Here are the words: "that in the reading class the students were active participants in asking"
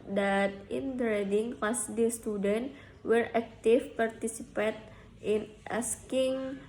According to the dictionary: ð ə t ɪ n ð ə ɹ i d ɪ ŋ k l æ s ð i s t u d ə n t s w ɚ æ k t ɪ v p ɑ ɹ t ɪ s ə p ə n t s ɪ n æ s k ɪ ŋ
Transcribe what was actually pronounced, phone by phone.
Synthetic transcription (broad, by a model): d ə t ɪ n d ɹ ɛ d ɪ ŋ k ɑ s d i s t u d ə n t w ɚ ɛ k t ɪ f p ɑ ɹ t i s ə p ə t ɪ n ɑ s k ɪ ŋ